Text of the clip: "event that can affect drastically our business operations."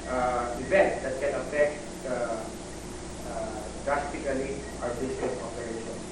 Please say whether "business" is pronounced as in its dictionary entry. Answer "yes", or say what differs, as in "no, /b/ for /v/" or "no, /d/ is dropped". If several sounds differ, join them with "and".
no, /s/ is dropped